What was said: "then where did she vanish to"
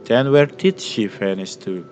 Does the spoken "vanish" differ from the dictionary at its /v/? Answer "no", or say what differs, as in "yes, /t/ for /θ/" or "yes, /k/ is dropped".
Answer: yes, /f/ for /v/